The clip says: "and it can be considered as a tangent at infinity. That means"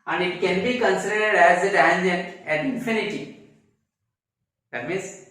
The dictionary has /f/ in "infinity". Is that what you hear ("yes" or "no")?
yes